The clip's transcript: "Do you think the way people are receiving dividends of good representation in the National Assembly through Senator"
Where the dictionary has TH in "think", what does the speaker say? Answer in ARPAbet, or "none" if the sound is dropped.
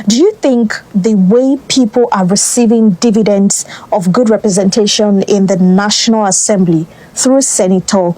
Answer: TH